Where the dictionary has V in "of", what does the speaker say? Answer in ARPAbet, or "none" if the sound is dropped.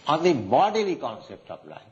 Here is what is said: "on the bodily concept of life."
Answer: P